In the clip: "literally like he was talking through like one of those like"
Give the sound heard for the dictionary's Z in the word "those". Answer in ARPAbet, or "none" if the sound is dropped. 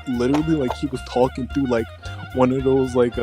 Z